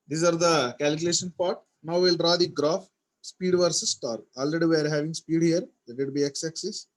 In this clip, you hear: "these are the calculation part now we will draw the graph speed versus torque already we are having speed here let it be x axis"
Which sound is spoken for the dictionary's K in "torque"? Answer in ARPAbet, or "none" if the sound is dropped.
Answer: none